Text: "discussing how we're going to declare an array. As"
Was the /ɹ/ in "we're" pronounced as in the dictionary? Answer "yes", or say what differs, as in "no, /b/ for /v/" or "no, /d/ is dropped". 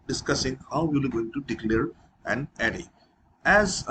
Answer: no, /l/ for /ɹ/